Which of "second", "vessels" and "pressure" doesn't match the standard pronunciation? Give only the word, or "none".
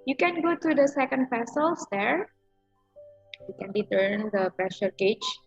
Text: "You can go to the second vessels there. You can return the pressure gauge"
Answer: vessels